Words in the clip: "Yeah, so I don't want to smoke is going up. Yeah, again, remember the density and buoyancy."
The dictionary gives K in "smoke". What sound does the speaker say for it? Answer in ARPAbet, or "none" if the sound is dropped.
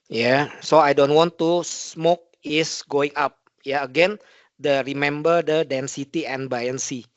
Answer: K